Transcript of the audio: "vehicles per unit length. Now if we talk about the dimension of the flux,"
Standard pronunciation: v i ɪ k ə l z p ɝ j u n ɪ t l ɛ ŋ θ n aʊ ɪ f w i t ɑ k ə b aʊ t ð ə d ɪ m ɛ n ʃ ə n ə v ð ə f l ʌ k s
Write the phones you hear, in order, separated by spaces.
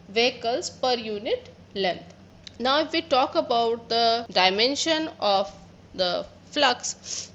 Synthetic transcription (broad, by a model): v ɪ k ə l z p ɝ j u n ɪ t l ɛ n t n aʊ ɪ f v i t ɑ k ə b aʊ t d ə d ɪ m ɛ n ʃ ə n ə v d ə f l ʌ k s